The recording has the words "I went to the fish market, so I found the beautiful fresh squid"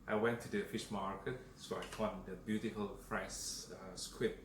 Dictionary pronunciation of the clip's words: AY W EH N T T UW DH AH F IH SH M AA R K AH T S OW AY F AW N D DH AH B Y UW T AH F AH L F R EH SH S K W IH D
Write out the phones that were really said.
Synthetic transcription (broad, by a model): AY W EH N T T UW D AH F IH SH M AA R K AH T S OW AY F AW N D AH B Y UW T AH F AH L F R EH S S K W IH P